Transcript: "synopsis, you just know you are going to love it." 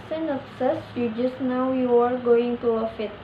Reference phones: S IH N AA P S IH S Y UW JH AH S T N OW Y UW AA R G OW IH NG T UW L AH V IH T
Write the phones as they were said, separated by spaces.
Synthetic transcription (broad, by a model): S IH N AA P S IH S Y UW JH AH S T N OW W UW AA R G OW IH NG T UW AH F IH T